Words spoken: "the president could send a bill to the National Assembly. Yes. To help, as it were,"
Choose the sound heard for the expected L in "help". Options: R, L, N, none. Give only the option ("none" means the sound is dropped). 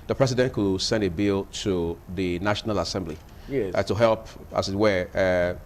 L